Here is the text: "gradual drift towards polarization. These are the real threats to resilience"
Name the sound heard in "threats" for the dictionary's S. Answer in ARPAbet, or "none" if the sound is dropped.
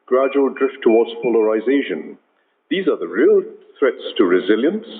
S